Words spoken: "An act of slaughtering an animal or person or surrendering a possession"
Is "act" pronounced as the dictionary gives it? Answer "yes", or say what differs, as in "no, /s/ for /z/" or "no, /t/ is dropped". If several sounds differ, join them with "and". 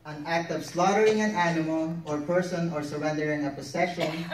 yes